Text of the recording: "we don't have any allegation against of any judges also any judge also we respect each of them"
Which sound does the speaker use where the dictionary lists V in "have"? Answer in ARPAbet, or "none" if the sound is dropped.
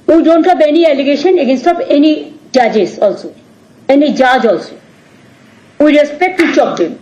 B